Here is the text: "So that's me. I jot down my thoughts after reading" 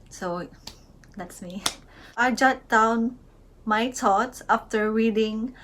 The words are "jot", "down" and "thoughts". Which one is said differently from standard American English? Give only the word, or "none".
thoughts